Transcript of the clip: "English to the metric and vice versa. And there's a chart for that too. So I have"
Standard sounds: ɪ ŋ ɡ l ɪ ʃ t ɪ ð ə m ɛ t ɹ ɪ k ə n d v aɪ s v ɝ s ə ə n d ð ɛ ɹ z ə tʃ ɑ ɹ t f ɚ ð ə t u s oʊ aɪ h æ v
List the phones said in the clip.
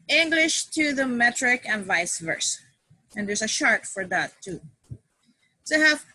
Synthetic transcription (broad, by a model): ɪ ŋ ɡ l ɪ ʃ t ɪ ð ə m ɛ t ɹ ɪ k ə n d v aɪ s v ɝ s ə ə n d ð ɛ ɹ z ə ʃ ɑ ɹ t f ɚ ð ə t u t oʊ h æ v